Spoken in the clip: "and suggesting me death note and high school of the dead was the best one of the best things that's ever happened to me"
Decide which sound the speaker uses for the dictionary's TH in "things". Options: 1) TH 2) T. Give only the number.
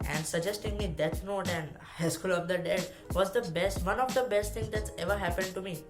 2